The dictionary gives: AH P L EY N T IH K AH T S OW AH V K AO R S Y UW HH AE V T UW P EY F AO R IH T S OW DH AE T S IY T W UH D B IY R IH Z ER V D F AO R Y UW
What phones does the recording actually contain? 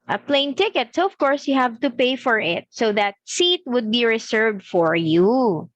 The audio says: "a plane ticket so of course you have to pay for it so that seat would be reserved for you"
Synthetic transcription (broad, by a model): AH P L EY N T IH K AH T S OW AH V K AO R S Y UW HH AE V T UW P EY F AO R IH T S OW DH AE T S IY T W UH D B IY R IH S ER V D F AO R Y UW